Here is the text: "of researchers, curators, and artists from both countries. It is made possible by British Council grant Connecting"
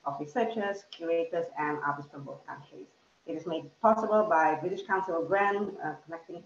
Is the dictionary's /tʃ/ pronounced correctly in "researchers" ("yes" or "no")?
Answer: no